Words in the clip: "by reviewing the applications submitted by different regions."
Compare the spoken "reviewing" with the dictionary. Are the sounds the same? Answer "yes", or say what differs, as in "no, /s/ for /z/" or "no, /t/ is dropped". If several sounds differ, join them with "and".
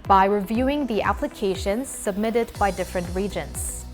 yes